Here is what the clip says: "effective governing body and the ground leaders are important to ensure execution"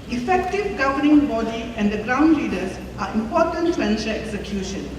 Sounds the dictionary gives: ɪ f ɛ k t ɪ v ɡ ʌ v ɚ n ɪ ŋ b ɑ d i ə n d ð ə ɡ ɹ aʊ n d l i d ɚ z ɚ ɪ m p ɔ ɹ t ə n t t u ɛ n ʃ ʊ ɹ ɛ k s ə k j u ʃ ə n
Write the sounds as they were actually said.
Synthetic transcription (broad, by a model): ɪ f ɛ k t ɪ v ɡ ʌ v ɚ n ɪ ŋ b ɑ d i ə n d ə ɡ ɹ aʊ n d l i d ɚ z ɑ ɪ m p ɔ t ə n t t u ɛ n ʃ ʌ l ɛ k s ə k j u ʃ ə n